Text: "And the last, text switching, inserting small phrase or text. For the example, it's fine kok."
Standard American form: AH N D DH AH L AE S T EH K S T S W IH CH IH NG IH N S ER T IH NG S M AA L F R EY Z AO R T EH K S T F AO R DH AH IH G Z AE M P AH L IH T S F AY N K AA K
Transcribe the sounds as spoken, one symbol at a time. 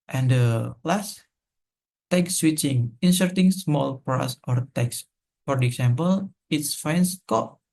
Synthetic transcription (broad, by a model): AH N D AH L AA S T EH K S S W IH CH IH NG IH N S ER T IH NG S M AA L P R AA S AO R T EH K S F AO R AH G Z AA M P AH L IH T S F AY N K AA